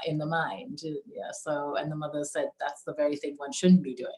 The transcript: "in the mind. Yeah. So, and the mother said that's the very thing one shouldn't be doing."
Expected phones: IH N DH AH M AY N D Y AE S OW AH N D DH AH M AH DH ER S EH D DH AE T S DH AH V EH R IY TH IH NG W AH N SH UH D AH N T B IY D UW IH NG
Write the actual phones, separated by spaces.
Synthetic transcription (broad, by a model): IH N DH AH M AY N D Y AE S OW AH N DH AH M AH DH ER S EH D DH AE T S DH AH V EH R IY TH IH NG W AH N SH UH D N B IY D UW IH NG